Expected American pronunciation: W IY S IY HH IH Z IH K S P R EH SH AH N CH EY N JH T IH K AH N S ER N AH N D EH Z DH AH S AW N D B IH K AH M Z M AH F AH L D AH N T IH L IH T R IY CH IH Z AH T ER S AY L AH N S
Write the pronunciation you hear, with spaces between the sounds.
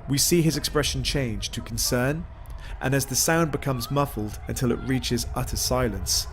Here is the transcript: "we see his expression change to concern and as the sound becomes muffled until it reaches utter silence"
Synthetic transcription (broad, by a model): W IY S IY IH Z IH K S P R EH SH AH N CH EY N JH T IH K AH N S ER N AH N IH Z DH AH S AW N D B IH K AH M Z M AH F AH L D AH N T IH L IH T R IY CH IH Z AH T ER S AY L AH N S